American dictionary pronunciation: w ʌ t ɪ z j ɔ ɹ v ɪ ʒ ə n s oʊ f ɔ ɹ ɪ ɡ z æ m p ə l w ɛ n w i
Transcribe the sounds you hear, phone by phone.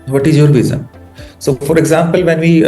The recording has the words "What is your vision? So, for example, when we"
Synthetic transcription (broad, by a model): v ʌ t ɪ z j ɔ ɹ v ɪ z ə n s oʊ f ɔ ɹ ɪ ɡ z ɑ m p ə l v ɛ n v i